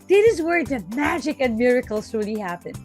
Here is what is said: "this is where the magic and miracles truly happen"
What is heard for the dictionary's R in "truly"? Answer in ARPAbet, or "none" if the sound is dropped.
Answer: none